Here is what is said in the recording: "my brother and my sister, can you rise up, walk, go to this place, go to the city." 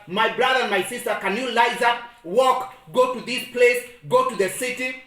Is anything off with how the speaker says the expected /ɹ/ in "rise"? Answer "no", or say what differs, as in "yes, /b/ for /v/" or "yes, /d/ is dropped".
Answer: yes, /l/ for /ɹ/